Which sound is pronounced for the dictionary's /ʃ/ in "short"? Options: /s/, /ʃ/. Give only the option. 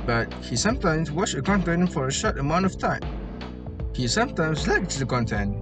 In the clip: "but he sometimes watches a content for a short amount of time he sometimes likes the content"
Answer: /ʃ/